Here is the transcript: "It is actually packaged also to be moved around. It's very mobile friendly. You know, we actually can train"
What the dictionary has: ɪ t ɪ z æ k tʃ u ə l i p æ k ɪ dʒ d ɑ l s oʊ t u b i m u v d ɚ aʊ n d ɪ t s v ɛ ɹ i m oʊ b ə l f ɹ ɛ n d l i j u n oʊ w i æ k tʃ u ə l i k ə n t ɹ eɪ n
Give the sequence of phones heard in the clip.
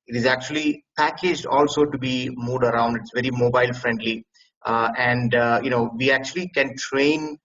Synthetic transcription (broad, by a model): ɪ t ɪ z æ k tʃ u ə l i p æ k ɪ dʒ d ɑ l s oʊ t u b i m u d ɚ aʊ n d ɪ t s v ɛ ɹ i m oʊ b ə l f ɹ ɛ n d l i j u n oʊ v i æ k tʃ u ə l i k ə n t ɹ eɪ n